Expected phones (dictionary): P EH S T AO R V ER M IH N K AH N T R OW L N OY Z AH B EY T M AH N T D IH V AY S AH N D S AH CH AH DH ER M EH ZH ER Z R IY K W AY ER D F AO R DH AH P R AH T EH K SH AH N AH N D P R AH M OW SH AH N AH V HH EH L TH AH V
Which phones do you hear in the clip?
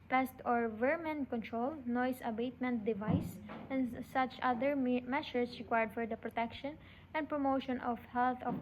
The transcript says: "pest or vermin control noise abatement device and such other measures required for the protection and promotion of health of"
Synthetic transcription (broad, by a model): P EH S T AO R V ER M IH N K AH N T R OW L N OY S AH B EY T M AH N T D IH V AY S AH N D S AH CH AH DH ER M EH SH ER S R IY K W AY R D F AO R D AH P R AH T EH K SH AH N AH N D P R AH M OW SH AH N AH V HH EH L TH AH